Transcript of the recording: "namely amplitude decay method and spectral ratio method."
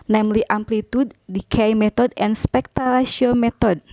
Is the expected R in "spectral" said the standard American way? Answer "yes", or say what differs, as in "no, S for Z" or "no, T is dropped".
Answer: no, R is dropped